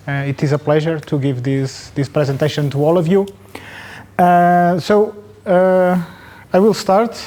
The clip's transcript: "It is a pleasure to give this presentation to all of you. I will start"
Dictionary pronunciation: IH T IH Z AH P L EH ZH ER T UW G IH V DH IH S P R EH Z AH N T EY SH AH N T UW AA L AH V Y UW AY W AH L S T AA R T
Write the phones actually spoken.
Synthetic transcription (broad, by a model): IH T IH Z AH P L EH ZH ER T UW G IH V DH IH S P R EH Z AH N T EY SH AH N T UW AA L AH V Y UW AY W AH L S T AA R T